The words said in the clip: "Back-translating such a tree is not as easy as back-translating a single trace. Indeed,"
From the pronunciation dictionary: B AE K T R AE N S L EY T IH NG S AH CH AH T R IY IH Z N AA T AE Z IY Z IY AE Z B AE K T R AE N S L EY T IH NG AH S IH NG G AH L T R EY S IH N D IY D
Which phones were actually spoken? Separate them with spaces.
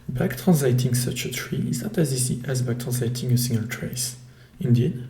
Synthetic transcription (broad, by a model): B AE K T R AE N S L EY T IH NG S AH CH AH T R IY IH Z N AA T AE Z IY S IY AE Z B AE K T R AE N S L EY T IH NG AH S IH NG G AH L T R EY S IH N D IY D